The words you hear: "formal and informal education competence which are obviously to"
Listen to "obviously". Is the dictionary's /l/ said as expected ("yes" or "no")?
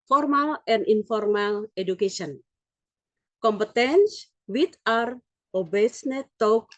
no